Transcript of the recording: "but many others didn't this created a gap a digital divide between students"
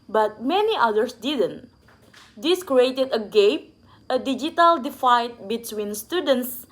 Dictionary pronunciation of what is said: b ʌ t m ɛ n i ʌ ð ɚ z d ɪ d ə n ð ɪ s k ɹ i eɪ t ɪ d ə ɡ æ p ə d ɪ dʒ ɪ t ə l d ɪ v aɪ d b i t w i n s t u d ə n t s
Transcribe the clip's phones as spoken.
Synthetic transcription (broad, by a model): b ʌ t m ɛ n i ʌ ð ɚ s d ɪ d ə n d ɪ s k ɹ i eɪ t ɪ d ə ɡ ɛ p ə d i dʒ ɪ t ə l d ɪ f aɪ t b i t w i n s t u d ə n t s